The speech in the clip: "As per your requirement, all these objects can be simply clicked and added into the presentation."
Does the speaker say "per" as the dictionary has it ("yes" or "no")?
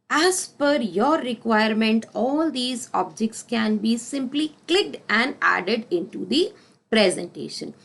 no